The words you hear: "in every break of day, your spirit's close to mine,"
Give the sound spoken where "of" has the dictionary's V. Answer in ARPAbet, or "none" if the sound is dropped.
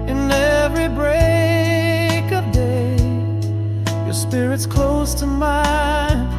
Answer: V